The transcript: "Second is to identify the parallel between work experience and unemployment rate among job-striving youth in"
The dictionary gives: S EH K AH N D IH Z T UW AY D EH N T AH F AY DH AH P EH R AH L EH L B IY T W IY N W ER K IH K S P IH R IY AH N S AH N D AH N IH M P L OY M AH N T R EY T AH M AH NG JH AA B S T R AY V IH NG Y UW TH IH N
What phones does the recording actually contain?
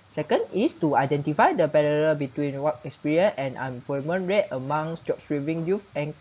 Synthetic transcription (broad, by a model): S EH K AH N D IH S T UW AY D EH N T AH F AY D AH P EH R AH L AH B IY T W IY N W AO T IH K S P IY R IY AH N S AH N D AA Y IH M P OY M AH N R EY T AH M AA NG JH AA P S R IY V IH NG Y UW F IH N